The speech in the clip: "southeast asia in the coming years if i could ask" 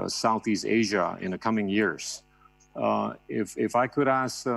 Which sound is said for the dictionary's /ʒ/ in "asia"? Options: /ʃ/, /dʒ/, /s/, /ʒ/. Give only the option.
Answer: /ʒ/